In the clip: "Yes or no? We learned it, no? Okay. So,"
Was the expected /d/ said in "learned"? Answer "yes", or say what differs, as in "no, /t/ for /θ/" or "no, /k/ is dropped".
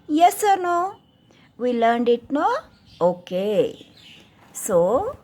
yes